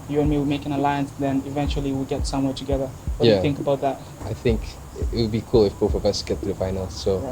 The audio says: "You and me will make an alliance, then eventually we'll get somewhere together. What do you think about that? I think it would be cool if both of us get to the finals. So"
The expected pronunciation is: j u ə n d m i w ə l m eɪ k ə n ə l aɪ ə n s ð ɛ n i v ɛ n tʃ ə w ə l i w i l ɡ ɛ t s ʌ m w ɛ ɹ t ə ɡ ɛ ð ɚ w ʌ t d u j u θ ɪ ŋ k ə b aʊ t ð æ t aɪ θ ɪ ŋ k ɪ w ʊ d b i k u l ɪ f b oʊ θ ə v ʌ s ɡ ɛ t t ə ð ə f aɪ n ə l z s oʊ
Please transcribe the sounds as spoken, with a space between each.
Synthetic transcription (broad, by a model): j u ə n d m i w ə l m eɪ k ə n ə l aɪ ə n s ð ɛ n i v ɛ n tʃ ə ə l i w i l ɡ ɛ t s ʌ m w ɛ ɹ t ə ɡ ɛ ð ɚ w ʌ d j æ θ ɪ ŋ k ə b aʊ t ð æ t aɪ θ ɪ ŋ k ɪ w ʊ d b i k u l ɪ f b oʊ f ə v ʌ s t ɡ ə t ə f aɪ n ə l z s oʊ